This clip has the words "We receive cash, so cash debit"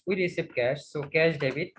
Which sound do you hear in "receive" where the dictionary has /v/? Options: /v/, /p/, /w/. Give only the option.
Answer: /p/